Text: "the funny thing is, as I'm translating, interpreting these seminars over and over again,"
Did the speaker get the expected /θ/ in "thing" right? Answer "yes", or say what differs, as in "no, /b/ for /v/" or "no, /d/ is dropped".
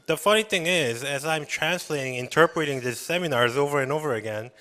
yes